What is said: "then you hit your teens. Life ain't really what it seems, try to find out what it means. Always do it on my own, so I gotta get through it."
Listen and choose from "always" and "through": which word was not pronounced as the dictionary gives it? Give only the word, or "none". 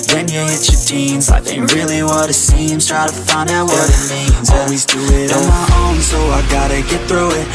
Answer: none